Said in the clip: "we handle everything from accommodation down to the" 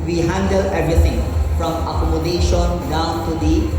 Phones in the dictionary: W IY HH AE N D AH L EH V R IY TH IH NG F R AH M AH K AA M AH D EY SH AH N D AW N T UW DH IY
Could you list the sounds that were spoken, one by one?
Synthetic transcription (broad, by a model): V IY HH AE N D AH L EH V R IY T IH NG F R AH M AH K AA M AH D EY SH AH N D AW N T UW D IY